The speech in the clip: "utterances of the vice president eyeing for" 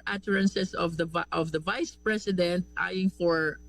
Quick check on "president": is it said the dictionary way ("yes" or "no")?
no